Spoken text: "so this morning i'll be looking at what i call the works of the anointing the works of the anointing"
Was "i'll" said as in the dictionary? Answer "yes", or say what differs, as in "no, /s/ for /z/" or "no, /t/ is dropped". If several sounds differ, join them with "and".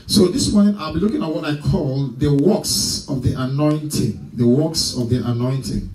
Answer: yes